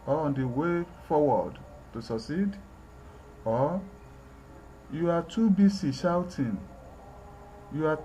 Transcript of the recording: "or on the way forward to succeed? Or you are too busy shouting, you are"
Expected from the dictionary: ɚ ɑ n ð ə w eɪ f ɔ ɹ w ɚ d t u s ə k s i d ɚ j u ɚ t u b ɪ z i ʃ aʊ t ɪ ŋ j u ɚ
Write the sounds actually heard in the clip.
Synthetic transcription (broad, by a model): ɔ ɑ n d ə w eɪ f ɔ w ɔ d t u s ə k s i d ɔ j u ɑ t u b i s i ʃ aʊ t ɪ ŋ j u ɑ